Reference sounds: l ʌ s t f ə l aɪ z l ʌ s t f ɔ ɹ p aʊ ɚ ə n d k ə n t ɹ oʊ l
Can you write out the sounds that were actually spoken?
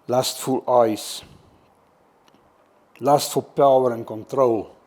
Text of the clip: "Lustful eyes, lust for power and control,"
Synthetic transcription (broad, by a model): l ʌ s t f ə l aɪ s l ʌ s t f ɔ l p aʊ ɚ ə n k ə n t ɹ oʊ l